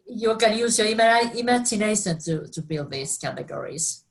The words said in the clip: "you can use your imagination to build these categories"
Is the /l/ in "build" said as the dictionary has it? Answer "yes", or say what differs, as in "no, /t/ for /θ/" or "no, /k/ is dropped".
yes